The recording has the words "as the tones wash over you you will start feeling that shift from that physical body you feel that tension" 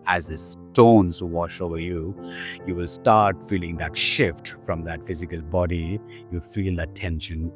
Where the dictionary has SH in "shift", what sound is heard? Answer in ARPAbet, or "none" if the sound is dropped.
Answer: SH